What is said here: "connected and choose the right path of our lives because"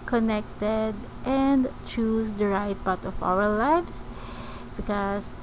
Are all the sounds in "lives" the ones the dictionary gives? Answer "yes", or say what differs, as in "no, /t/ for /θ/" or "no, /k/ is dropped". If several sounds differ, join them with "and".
no, /s/ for /z/